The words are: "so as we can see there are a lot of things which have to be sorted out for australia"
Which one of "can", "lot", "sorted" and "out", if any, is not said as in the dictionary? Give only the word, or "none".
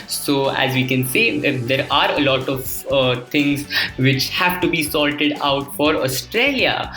sorted